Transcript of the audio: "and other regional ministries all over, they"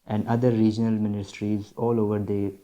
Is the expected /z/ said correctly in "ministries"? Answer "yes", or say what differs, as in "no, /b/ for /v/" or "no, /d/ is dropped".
yes